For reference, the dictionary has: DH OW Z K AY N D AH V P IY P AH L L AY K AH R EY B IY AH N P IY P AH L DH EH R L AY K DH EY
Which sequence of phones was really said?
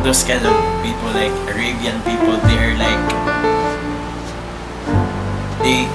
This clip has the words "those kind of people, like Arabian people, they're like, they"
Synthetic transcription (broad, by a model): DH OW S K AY D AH P IY P AH L L AY K AH R EY B IY AH N P IY P AH L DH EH R L AY K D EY